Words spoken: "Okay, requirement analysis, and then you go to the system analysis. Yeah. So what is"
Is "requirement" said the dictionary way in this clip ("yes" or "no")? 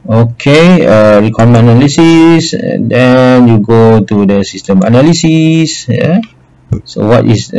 no